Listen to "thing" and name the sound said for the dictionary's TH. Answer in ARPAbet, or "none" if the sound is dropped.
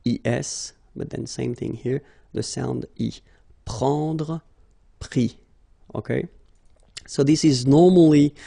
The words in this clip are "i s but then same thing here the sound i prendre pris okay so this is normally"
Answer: TH